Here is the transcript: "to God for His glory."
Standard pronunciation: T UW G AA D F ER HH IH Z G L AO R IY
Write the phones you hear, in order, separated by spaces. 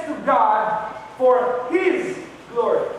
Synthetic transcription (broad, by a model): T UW G AA D F ER HH IH Z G L AO R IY